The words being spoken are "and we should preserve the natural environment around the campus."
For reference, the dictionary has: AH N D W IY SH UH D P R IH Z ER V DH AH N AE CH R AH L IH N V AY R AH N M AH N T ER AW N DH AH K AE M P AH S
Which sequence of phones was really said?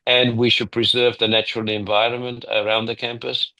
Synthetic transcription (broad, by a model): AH N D W IY SH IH D P R IH Z ER V DH AH N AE CH R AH L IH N V AY R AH N M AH N T ER AW N DH AH K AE M P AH S